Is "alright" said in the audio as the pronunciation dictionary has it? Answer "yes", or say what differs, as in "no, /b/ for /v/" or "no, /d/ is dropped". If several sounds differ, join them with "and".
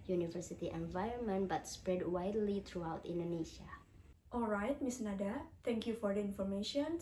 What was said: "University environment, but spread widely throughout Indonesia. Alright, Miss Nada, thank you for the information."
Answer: yes